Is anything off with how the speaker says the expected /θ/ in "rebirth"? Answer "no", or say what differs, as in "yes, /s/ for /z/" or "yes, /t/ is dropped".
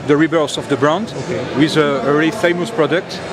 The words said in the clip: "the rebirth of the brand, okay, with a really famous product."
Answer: yes, /s/ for /θ/